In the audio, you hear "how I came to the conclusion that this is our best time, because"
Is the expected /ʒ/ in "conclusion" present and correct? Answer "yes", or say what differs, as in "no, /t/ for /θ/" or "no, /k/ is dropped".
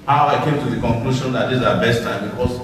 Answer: no, /ʃ/ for /ʒ/